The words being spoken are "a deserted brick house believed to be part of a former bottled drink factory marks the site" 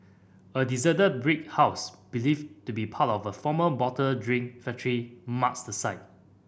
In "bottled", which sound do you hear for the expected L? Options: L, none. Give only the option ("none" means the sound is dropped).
none